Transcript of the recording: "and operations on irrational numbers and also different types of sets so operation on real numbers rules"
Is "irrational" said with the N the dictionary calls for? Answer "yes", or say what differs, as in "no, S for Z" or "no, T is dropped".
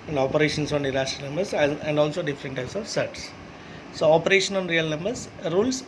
no, N is dropped